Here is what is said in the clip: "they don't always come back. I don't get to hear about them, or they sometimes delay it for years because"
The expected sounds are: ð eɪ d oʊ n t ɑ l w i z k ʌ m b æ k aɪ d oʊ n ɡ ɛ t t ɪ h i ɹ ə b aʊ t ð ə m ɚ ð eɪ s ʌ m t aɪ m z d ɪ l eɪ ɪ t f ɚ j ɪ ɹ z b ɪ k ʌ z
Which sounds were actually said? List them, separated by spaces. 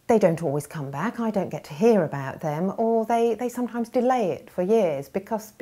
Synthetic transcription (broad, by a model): ð eɪ d oʊ n t ɑ l w i z k ʌ m b æ k aɪ d oʊ n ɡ ɛ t t ɪ h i ɹ ə b aʊ t ð ə m ɚ ð eɪ s ʌ m t aɪ m z d ɪ l eɪ ɪ t f ɚ j ɪ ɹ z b ɪ k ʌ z